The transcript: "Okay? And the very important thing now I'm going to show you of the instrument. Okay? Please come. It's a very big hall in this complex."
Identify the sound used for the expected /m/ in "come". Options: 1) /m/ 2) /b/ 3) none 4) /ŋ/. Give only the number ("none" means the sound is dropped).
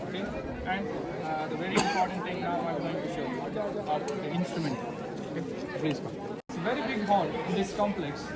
3